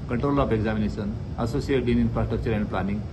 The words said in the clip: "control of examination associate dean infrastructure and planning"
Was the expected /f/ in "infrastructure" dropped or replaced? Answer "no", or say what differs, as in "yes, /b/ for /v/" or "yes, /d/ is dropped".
yes, /p/ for /f/